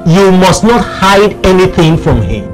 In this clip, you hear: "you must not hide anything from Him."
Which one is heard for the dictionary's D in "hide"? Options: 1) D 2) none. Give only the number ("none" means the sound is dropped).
1